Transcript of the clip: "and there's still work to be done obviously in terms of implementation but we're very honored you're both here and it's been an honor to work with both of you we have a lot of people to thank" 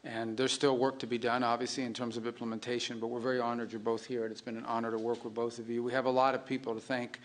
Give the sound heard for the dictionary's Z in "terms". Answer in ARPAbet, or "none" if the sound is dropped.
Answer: Z